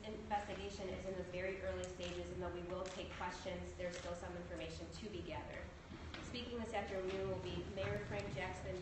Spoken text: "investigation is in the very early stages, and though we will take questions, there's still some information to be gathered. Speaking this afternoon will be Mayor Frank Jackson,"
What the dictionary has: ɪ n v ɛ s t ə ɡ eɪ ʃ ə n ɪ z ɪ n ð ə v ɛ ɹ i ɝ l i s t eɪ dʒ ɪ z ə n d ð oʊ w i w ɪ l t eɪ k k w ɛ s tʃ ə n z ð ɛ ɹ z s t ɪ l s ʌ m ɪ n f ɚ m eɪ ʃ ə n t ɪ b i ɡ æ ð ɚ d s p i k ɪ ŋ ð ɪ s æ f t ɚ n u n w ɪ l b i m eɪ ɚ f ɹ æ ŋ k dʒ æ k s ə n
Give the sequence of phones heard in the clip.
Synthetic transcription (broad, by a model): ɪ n v ɛ s t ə ɡ eɪ ʃ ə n ɪ z ɪ n ð ə v ɛ ɹ i ɝ l i s t eɪ dʒ ɪ z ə n ð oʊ w i w ɪ l t eɪ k k w ɛ s tʃ ə n z ð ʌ ɹ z s t ɪ l s ʌ m ɪ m f ɚ m eɪ ʃ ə n t ɪ b i ɡ æ ð ɚ d s p i k ɪ ŋ ð ɪ s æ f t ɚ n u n w ɪ l b i m eɪ ɚ f ɹ æ ŋ k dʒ æ k s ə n